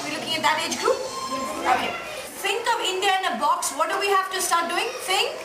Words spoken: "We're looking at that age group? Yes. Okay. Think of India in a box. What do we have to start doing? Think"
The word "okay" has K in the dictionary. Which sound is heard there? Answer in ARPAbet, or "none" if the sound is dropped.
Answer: none